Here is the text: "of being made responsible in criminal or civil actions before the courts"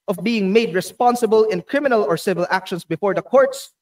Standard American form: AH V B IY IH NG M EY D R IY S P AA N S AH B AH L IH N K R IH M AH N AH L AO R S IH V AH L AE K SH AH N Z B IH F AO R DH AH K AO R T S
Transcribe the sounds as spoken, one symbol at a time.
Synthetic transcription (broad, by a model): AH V B IY IH NG M EY D R IY S P AA N S AH B AH L IH N K R IH M AH N AH L AO R S IH V AH L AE K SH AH N S B IH F AO R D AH K AO R T S